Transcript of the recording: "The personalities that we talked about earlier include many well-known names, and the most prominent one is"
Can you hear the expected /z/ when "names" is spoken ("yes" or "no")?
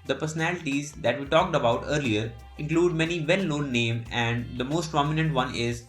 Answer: no